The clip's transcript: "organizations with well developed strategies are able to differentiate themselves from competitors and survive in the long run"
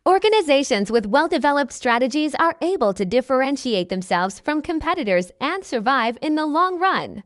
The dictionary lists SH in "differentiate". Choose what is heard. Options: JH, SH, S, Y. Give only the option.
SH